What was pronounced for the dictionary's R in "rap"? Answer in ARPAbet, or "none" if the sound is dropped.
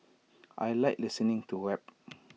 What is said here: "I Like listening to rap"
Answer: W